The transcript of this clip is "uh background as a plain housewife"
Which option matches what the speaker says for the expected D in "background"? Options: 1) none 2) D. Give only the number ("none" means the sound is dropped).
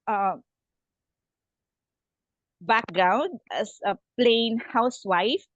2